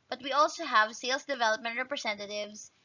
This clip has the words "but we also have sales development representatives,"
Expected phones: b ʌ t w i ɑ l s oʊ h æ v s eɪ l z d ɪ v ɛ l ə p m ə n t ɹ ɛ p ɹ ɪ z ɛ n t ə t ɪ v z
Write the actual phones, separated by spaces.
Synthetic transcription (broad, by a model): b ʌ t w i ɑ l s oʊ h æ v s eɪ l s d ɪ v ɛ l ə p m ə n t ɹ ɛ p ɹ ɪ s ɛ n t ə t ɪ v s